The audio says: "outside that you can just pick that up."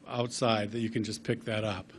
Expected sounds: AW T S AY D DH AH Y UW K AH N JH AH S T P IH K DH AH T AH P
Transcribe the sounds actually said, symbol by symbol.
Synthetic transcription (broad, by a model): AW T S AY D DH AH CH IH K AH N JH AH S P IH K DH AH T AH P